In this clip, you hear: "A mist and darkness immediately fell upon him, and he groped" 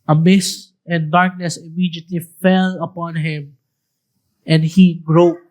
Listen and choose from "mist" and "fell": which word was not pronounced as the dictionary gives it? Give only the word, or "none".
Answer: mist